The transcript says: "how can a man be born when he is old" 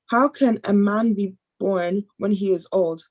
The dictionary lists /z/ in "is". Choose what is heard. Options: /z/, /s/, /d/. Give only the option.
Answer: /z/